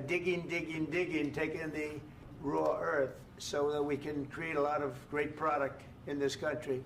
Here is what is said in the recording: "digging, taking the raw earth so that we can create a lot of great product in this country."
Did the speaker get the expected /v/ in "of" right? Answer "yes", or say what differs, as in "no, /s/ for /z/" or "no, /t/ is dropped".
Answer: yes